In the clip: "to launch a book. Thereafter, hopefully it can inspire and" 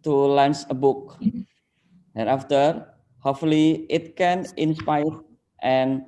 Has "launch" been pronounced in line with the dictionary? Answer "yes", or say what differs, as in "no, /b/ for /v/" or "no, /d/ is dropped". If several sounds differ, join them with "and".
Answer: no, /s/ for /tʃ/